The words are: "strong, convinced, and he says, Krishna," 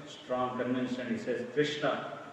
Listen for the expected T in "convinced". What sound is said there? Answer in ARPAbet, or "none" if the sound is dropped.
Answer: none